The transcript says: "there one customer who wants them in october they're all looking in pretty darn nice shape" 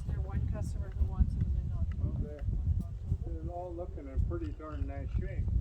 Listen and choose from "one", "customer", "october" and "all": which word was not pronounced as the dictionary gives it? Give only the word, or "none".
october